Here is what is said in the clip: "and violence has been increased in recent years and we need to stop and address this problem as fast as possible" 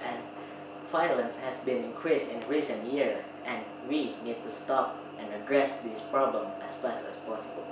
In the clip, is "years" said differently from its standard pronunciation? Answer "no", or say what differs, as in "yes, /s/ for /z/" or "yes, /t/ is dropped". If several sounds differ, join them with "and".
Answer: yes, /z/ is dropped